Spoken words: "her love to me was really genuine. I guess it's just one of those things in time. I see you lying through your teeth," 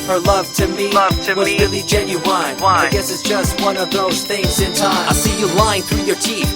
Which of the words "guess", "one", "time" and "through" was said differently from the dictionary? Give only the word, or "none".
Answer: time